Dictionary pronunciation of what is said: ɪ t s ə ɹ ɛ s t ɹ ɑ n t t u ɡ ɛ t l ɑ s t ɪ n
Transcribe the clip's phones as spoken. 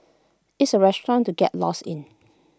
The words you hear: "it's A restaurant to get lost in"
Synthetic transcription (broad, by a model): ɪ t s ə ɹ ɛ s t ɹ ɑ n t t u ɡ ɛ t l ɑ s ɪ n